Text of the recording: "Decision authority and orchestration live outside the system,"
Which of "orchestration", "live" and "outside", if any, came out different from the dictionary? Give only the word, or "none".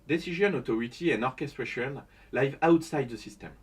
none